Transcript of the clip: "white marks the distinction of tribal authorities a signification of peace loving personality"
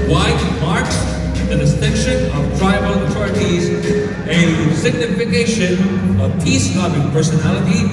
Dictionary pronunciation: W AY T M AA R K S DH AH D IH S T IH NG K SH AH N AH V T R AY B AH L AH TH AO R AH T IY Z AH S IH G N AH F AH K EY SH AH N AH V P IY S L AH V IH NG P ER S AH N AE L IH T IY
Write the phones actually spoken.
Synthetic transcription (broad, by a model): W AY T M AA R K S DH AH D IH S T IH NG K SH AH N AH V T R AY AH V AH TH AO R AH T IY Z AH S IH G N AH F AH K EY SH AH N AH V P IY S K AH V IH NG P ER S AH N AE L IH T IY